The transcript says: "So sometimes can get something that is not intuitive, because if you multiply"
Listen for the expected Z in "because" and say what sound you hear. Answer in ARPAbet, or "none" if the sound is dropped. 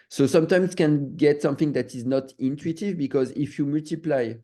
Z